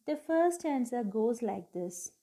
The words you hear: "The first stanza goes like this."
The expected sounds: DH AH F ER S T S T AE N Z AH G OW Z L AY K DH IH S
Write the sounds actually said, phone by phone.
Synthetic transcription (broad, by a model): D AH F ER T S T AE N S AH G OW Z L AY K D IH S